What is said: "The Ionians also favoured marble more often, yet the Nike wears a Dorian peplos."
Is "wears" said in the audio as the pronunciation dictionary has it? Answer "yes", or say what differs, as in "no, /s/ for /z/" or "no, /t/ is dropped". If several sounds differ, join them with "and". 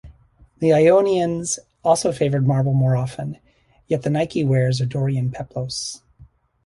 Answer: yes